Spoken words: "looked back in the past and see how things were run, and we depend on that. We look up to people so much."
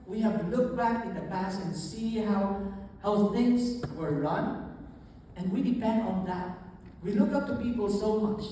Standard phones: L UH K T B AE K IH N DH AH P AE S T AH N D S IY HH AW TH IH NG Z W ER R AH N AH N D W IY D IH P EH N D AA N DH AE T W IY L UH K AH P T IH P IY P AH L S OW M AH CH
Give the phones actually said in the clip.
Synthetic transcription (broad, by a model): L UH K B AE K IH N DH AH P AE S AH N S IY HH AW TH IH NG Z W ER R AH N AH N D W IY D IH P EH N D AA N DH AE T W IY L UH K AH P T IH P IY P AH L S OW M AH CH